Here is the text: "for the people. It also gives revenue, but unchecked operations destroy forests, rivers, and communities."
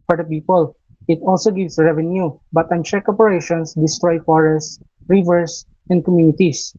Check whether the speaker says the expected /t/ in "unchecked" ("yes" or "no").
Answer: no